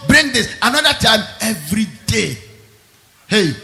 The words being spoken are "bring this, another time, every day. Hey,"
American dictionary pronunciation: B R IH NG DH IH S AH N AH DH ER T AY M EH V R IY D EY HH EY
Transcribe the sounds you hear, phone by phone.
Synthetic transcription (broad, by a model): B R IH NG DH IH S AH N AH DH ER T AY M EH V R IY D EY HH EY